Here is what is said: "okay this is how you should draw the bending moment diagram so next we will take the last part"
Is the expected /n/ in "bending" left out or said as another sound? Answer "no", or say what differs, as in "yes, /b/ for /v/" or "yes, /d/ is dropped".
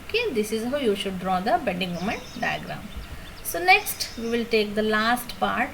yes, /n/ is dropped